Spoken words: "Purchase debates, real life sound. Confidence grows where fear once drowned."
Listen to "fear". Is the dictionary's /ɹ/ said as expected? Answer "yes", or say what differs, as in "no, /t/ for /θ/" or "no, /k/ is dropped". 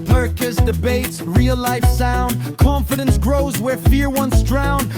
yes